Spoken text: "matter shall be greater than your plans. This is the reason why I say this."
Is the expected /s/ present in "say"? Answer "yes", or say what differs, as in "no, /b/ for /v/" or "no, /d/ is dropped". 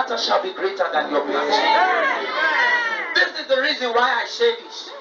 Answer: no, /ʃ/ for /s/